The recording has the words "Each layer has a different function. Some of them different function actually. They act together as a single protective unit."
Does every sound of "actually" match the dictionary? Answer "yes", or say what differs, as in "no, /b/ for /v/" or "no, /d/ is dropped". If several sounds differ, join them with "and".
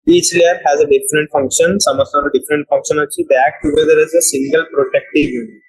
no, /k/ is dropped and /l/ is dropped